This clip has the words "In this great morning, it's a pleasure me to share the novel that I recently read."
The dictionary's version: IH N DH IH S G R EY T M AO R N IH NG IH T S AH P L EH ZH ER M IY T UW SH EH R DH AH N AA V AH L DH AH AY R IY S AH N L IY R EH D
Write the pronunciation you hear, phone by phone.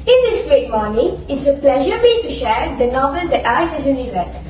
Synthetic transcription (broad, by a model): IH N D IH S G R EY T M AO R N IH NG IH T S AH P L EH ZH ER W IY T UW SH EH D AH N AA V AH L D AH AY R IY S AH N IY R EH